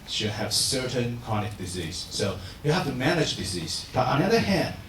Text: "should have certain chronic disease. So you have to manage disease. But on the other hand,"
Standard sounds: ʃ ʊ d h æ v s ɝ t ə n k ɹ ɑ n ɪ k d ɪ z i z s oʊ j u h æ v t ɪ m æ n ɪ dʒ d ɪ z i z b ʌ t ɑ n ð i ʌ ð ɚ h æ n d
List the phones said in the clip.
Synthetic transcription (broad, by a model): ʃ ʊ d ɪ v s ɝ t ə n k ɑ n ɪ k d ɪ z i z s oʊ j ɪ h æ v t ɪ m æ n ɪ dʒ d ɪ z i z b ʌ t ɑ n ð i ʌ ð ɚ h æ n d